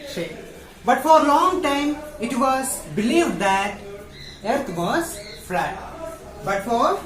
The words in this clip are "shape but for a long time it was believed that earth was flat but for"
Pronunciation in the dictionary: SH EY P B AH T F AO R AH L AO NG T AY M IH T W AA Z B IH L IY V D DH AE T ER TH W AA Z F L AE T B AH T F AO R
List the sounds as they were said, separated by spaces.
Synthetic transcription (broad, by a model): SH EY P B AH T F AO R L AO NG T AY M IH T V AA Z B IH L IY V D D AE T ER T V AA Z F L AE T B AH T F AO R